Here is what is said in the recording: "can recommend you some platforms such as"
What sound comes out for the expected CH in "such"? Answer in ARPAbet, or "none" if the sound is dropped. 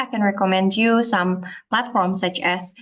CH